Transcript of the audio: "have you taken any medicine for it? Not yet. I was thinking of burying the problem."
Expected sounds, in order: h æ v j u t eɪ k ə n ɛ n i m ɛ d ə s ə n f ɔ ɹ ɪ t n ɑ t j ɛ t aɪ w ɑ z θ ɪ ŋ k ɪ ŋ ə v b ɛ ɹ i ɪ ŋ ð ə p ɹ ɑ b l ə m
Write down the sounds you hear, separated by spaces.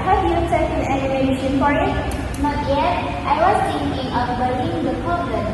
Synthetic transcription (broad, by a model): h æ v j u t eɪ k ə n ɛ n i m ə ʃ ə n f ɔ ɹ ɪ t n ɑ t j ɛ t aɪ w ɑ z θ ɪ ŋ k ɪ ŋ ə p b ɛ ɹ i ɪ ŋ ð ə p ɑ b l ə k